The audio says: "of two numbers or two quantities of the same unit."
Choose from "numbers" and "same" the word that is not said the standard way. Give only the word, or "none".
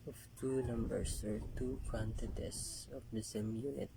numbers